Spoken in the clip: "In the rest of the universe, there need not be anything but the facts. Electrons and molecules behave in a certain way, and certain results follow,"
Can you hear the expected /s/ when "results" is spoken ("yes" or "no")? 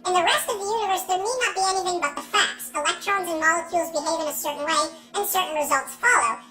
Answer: yes